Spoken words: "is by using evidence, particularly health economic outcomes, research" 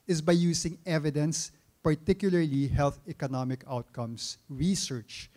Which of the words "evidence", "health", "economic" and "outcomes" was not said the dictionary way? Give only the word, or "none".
outcomes